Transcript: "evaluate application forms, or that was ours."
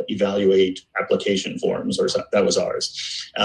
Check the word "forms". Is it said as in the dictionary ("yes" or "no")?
yes